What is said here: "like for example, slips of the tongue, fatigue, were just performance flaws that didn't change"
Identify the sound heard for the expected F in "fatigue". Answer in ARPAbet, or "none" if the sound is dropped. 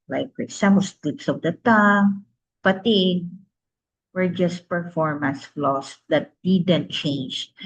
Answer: P